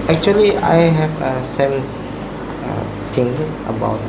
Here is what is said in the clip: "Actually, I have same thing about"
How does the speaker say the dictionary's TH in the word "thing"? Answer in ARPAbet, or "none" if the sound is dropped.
T